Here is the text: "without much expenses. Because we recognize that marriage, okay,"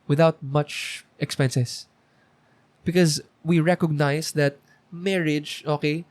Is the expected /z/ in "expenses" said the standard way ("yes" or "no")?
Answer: no